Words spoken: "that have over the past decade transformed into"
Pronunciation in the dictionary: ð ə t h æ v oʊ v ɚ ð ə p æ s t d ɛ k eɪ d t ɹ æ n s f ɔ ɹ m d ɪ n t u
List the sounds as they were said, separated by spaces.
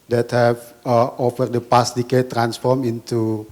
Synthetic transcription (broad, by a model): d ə t h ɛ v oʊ f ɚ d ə p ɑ s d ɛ k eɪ t ɹ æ n s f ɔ ɹ m ɪ n t u